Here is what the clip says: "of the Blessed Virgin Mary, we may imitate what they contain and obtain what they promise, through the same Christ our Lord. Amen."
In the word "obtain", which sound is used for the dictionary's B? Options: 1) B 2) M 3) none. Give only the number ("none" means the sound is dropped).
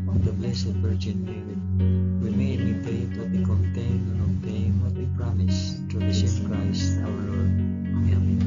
3